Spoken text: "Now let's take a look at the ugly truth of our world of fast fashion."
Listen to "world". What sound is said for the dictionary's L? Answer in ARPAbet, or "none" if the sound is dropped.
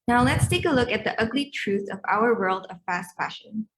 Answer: L